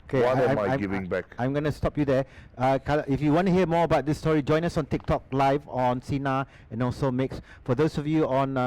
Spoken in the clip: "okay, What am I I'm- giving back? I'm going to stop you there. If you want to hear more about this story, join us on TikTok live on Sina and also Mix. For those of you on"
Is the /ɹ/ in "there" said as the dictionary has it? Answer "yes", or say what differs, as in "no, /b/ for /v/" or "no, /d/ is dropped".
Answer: no, /l/ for /ɹ/